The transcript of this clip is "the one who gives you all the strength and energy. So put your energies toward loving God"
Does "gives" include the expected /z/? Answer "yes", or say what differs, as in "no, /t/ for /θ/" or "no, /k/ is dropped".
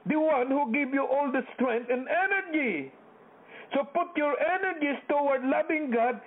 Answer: no, /z/ is dropped